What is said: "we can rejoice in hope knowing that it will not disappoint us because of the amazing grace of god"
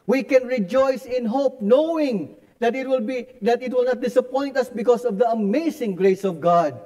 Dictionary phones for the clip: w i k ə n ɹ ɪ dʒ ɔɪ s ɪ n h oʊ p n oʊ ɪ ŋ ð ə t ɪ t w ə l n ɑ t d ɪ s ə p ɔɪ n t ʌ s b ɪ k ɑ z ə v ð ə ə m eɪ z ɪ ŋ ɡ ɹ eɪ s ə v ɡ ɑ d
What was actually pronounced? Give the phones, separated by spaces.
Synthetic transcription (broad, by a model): w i k ə n ɹ ɪ dʒ ɔɪ s ɪ n h oʊ p n oʊ ɪ ŋ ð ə t ɪ t w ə l n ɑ t d ɪ s ə p ɔɪ n t ʌ s b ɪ k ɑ s ə v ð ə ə m eɪ s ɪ ŋ ɡ ɹ eɪ s ə v ɡ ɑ d